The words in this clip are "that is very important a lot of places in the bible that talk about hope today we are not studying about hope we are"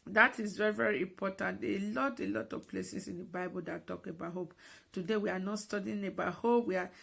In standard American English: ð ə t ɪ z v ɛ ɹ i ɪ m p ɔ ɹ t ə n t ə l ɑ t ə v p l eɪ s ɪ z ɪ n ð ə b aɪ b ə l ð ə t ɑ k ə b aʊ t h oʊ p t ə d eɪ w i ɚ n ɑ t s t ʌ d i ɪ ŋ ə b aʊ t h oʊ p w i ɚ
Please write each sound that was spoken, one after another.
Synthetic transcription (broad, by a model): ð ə t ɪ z v ɛ ɹ i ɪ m p ɔ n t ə l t ə l ɑ t ə v p l eɪ s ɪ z ɪ n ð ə b aɪ b ə l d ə t ɑ k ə b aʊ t h oʊ p t ə d eɪ w i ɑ n ɑ t s t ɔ d i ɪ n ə b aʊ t h oʊ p w i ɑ